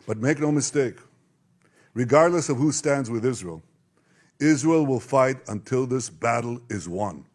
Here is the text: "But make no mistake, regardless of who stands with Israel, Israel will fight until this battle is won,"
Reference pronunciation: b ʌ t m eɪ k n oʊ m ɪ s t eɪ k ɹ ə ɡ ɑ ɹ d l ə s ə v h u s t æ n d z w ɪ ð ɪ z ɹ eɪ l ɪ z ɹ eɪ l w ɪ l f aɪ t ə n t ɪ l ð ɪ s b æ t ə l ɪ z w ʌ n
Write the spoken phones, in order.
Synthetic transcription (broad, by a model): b ʌ t m eɪ k n oʊ m ɪ s t eɪ k ɹ ə ɡ ɑ ɹ d l ə s ə v h u s t æ n d z w ɪ ð ɪ z ɹ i l ɪ z ɹ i l w ɪ l f aɪ t ə n t ɪ l ð ɪ s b æ t l ɪ z w ʌ n